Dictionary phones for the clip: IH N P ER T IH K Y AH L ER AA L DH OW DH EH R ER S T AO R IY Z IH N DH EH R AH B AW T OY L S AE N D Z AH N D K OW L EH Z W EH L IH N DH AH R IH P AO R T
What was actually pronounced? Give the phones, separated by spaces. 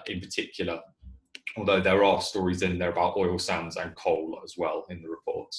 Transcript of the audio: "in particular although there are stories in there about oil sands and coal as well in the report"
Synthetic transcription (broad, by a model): IH N P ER T IH K Y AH L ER AA L DH OW DH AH R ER S T AO R IY Z IH N DH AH R AH B AW T OY L S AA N D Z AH N K OW L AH Z W EH L IH N DH AH R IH P AO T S